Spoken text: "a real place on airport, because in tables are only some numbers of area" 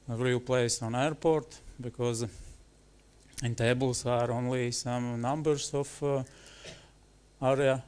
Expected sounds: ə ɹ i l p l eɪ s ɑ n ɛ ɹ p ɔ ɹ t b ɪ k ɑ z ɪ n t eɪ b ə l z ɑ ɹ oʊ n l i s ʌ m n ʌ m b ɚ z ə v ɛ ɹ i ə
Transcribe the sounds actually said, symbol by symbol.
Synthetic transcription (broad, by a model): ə ɹ i l p l eɪ s ɑ n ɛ ɹ p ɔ ɹ t b ɪ k ɑ z ɪ n t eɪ b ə l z ɑ ɹ oʊ n l i s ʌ m n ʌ m b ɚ s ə f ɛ ɹ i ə